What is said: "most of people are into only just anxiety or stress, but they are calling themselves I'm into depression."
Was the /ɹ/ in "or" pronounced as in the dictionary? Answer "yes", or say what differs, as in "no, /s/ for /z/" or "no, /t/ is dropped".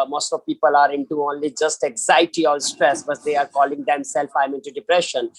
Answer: no, /l/ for /ɹ/